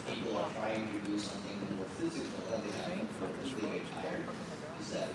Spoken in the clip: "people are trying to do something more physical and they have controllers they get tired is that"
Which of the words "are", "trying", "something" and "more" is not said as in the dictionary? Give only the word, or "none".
none